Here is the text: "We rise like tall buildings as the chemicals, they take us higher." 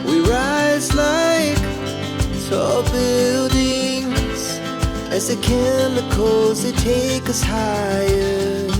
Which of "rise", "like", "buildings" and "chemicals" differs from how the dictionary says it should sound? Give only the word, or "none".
chemicals